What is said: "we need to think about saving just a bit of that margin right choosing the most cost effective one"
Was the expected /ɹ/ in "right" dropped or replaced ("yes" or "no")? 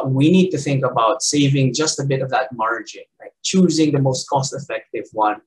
yes